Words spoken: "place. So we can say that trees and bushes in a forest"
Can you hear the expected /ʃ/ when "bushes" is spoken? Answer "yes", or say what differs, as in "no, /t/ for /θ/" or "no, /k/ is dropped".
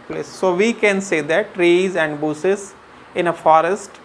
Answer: no, /s/ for /ʃ/